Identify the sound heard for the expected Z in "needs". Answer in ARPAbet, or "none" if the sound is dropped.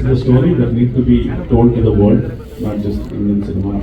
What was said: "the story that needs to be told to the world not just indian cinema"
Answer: none